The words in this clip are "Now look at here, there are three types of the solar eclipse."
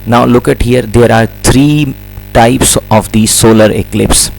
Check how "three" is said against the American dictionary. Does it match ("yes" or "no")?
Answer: no